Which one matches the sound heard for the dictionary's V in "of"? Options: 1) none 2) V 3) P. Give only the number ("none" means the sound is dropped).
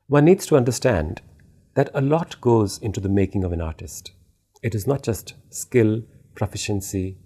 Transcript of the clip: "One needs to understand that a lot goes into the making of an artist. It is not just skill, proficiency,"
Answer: 2